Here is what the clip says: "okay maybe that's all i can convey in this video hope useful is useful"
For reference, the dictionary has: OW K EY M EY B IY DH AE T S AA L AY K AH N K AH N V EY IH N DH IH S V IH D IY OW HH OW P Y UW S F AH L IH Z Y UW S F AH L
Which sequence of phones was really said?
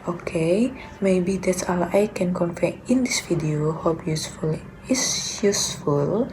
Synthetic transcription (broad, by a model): OW K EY M EY B IY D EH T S AA L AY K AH N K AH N F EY IH N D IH S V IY D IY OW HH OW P Y UW S F AH L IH S Y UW S F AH L